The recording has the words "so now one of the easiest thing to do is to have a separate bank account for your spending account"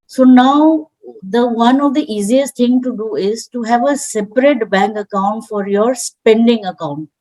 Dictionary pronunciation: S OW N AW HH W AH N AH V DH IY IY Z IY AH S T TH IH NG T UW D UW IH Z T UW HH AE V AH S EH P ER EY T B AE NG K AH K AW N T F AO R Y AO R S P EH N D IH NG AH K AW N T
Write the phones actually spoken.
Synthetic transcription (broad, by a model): S OW N AW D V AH N AH V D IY IY Z IY AH S T T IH NG T UW D UW IH Z T UW HH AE V AH S EH P ER EY T B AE NG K AH K AW N T F AO R Y AO R S P EH N D IH NG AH K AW N T